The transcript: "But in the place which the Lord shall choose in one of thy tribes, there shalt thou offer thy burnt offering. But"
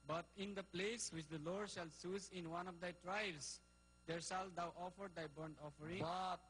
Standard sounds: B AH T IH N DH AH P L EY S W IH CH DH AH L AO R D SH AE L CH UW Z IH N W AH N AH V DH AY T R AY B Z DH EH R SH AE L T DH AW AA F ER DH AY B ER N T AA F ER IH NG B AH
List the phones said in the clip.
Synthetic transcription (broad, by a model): B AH T IH N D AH P L EY S W IH CH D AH L AO R D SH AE L S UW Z IH N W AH N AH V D AY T R AY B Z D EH R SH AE L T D AW AA F ER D AY B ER N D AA F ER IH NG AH